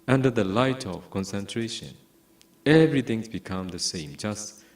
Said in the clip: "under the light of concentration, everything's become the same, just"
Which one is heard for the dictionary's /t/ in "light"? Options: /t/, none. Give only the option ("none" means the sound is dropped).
/t/